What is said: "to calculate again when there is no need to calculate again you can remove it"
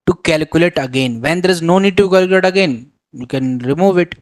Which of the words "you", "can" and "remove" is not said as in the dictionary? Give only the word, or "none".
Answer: none